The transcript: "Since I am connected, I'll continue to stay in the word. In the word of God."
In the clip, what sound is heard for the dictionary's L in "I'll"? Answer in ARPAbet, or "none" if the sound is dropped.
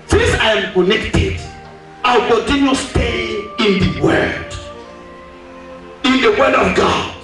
W